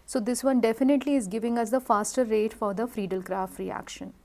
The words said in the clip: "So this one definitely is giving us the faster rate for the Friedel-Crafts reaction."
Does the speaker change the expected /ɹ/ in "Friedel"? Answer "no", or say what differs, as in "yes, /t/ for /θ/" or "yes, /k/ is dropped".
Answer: no